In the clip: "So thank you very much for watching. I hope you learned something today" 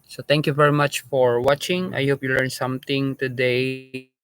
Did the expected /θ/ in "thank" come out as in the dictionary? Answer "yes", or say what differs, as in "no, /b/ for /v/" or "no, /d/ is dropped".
no, /t/ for /θ/